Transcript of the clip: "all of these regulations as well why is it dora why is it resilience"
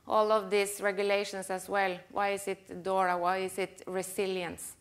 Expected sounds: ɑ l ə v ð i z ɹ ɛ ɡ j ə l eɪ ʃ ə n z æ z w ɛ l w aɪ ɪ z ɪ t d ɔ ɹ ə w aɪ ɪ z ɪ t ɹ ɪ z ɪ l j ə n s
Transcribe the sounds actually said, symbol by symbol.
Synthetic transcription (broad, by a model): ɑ l ə v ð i s ɹ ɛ ɡ j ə l eɪ ʃ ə n s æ s w ɛ l w aɪ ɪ s ɪ t d ɔ ɹ ə w aɪ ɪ s ɪ t ɹ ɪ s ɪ l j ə n s